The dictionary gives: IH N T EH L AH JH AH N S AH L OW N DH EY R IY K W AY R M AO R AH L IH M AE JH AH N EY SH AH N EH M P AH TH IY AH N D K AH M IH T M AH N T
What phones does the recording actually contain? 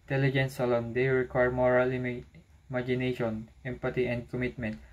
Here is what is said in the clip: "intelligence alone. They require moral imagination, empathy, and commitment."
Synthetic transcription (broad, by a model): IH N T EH L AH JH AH N S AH L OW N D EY R IY K W AY R M AO R AH L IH M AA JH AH N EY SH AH N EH M P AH T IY AH N D K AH M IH T M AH N T